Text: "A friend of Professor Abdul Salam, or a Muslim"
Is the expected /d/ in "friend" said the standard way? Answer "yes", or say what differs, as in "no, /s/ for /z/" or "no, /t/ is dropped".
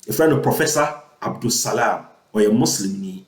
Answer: no, /d/ is dropped